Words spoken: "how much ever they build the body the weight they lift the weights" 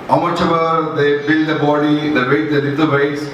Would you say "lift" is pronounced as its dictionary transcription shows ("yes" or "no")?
no